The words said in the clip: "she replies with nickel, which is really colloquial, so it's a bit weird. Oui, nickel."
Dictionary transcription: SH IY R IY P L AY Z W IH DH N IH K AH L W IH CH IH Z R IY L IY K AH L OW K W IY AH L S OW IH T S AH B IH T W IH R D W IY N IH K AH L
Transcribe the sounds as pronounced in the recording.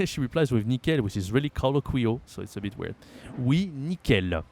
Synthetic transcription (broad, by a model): SH IY R IY P L AY Z W IH DH N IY K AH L W IH CH IH Z R IY L IY K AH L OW K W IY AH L S OW IH T S AH B IH T W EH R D W IY N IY K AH L